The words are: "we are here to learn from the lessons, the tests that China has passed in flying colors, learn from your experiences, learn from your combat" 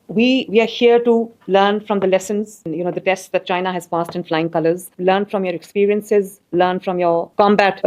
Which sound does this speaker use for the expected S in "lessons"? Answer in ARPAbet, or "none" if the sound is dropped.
S